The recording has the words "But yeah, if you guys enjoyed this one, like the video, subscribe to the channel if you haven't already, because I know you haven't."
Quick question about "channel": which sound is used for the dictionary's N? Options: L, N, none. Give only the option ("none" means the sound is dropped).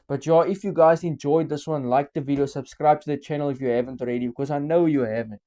N